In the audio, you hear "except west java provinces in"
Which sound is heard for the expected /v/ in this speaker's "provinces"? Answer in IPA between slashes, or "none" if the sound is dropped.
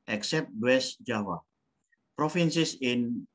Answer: /f/